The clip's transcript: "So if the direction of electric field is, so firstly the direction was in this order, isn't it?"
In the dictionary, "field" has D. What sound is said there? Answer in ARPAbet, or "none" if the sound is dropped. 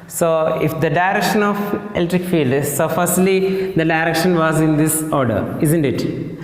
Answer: D